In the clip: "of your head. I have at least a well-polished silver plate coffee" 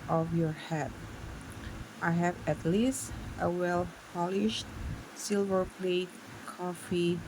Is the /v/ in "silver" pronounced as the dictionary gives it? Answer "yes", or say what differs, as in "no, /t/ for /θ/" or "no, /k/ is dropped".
yes